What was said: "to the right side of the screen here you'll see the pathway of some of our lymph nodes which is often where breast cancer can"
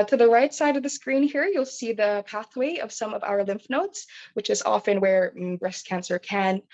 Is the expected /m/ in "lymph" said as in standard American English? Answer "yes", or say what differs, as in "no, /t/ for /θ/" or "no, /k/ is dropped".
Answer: yes